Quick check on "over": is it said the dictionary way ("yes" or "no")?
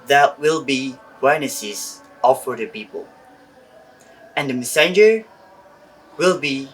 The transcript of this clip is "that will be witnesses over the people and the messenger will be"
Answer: no